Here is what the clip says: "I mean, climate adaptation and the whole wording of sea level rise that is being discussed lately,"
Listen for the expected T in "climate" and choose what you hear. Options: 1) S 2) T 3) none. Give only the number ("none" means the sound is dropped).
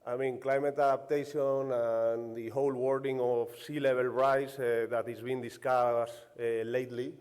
2